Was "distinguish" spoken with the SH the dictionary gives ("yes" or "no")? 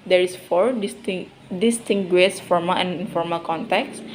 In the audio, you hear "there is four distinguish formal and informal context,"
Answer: no